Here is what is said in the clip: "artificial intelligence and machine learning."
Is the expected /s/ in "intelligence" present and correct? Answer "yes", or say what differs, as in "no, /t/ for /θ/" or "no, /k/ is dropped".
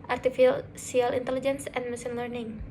yes